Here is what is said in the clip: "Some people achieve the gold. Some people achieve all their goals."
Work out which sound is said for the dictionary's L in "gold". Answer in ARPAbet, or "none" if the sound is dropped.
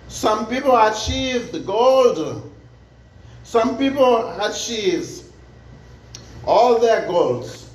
L